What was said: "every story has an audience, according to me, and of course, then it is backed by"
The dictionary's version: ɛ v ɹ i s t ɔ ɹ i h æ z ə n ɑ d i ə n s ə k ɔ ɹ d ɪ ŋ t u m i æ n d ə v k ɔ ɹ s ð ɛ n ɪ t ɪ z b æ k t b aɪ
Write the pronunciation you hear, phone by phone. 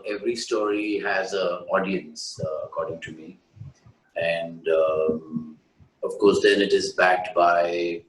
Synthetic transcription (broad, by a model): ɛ v ɹ i s t ɔ ɹ i h æ z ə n ɑ d i ə n s ə k ɔ ɹ d ɪ ŋ t u m i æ n d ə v k ɔ ɹ s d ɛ n ɪ t ɪ z b æ k t b aɪ